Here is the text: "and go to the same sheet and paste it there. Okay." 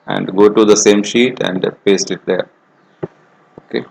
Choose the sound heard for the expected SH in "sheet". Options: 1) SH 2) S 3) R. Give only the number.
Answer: 1